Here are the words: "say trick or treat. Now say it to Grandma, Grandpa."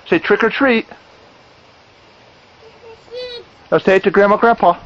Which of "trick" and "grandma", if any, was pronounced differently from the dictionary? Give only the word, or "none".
none